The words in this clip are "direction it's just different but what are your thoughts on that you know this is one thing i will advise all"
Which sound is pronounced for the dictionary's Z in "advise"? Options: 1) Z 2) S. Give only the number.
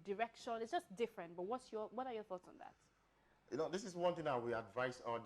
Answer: 2